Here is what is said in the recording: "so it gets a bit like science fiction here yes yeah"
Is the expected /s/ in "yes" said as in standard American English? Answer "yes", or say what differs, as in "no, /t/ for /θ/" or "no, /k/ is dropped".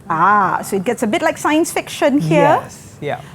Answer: no, /s/ is dropped